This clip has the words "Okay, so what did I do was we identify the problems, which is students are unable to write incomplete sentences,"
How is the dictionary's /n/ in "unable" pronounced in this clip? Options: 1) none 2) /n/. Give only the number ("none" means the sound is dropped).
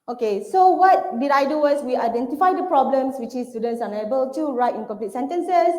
1